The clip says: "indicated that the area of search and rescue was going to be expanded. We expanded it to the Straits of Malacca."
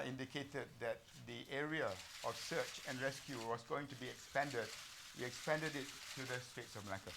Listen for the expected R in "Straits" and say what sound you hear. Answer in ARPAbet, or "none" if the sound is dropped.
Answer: none